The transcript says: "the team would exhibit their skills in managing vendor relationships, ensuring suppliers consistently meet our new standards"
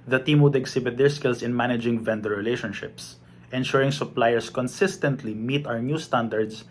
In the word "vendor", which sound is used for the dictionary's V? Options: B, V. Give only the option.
V